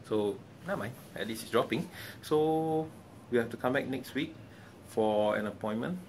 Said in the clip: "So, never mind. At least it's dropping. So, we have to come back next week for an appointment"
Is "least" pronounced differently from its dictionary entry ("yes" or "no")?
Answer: yes